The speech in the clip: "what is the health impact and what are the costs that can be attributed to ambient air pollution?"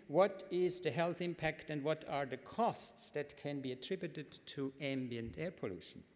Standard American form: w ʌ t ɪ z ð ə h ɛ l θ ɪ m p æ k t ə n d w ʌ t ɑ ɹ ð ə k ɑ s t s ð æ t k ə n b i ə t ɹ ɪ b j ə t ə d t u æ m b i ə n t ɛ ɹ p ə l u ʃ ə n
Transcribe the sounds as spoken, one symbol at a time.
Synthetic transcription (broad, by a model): w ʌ t ɪ z ð ə h ɛ l θ ɪ m p æ k t ə n d w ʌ t ɑ ɹ ð ə k ɑ s t s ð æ t k ə n b i ə t ɹ ɪ b j ə t ə d t u æ m b i ə n t ɛ ɹ p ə l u ʃ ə n